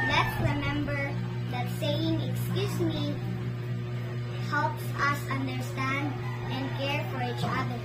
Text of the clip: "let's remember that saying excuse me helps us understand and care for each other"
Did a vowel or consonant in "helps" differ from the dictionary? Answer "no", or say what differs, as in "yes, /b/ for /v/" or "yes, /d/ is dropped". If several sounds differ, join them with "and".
no